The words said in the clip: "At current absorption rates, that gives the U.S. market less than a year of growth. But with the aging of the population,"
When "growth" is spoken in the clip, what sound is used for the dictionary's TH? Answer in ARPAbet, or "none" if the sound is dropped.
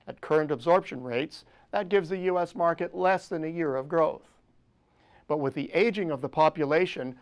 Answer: TH